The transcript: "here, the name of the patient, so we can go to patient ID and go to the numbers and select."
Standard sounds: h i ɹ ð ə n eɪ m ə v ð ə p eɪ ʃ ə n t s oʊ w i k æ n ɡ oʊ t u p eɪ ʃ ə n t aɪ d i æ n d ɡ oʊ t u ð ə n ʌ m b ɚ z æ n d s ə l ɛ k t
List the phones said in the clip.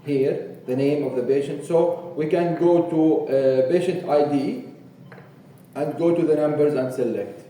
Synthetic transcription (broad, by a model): h i ɹ ð ə n eɪ m ə v ð ə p eɪ ʃ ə n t s oʊ w i k æ n ɡ oʊ t u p eɪ ʃ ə n t aɪ d i æ n d ɡ oʊ t u ð ə n ʌ m b ɚ z æ n d s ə l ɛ k t